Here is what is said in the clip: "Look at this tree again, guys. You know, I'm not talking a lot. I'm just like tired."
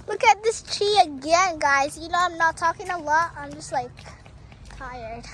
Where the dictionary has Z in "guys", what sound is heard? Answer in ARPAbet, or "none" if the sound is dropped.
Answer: Z